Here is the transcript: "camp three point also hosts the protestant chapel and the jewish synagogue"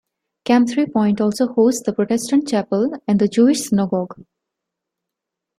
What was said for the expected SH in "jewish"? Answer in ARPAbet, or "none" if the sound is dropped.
SH